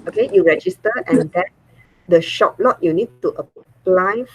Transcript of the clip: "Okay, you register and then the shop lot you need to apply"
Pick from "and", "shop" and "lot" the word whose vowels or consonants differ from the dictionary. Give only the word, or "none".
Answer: none